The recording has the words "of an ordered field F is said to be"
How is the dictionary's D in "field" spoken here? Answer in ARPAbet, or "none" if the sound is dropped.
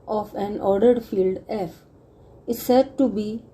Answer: D